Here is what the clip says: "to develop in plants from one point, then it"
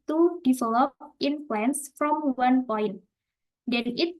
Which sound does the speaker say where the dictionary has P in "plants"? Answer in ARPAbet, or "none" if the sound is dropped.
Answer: F